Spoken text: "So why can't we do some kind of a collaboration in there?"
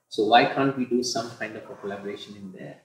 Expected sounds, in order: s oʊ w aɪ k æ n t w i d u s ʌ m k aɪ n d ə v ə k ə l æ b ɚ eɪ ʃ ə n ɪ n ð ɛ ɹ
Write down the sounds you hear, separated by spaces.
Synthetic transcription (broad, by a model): s oʊ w aɪ k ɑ n t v i d u s ʌ m k aɪ n d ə p ə k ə l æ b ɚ eɪ ʃ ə n ɪ n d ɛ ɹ